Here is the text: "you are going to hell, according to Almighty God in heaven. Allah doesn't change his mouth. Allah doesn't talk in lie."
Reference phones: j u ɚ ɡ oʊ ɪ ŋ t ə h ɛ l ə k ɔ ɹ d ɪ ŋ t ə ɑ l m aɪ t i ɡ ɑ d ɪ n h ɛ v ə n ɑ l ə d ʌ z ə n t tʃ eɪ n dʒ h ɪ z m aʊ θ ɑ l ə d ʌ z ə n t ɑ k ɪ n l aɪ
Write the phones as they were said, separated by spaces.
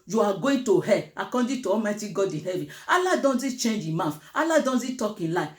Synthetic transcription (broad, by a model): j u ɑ ɡ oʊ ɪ t ə h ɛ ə k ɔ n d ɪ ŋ t ə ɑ m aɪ t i ɡ ɑ d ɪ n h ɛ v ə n ɑ l ə d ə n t tʃ eɪ n dʒ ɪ m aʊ f ɑ l ə d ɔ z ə t ɑ k ɪ n l aɪ